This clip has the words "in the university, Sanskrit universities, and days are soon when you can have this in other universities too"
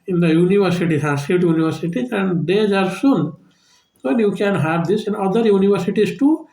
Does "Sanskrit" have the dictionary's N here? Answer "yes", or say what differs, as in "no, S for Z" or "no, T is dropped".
no, N is dropped